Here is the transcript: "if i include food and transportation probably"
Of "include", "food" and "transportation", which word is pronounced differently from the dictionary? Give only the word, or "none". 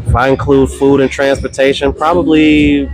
none